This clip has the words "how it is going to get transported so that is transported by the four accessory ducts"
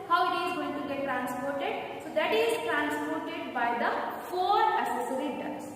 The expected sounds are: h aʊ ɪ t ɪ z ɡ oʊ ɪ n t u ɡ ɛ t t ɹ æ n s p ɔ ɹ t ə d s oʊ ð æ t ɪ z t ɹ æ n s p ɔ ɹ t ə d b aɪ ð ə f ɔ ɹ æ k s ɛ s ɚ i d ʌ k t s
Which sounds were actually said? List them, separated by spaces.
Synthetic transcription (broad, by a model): h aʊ ɪ t ɪ z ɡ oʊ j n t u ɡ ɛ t t ɹ æ n s p ɔ ɹ t ə d s oʊ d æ t ɪ z t ɹ æ n s p ɔ ɹ t ə d b aɪ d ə f ɔ ɹ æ s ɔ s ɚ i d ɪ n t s